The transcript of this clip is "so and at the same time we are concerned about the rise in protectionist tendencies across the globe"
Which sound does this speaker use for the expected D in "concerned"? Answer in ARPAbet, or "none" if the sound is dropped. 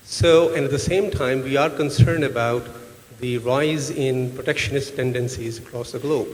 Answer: D